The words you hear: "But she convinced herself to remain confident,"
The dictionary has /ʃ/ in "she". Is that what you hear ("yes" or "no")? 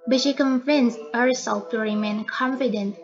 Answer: yes